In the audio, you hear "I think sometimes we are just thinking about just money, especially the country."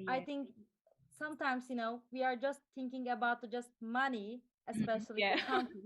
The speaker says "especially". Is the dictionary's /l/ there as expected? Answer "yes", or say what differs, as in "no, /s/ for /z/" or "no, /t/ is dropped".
no, /l/ is dropped